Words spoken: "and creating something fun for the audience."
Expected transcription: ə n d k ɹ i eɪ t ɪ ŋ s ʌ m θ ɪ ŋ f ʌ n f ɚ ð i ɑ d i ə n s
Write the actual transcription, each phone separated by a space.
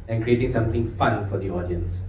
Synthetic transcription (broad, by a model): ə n k ɹ i eɪ t ɪ ŋ s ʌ m t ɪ ŋ f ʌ n f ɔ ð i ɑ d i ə n s